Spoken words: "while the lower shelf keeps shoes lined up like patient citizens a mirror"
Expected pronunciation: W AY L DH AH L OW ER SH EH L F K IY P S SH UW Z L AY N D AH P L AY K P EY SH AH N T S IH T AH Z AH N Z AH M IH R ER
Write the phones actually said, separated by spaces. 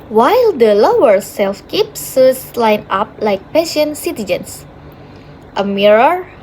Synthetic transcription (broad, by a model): W AY L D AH L OW ER S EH L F K IY P S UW S L AY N AA P L AY K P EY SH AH N S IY T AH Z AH N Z AH M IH R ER